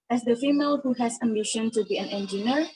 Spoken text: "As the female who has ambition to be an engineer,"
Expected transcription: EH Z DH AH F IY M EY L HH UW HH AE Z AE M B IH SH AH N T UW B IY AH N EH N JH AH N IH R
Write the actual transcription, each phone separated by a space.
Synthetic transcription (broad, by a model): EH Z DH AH F IY M EY L HH UW HH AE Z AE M IH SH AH N T UW B IY AH N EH N JH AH N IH R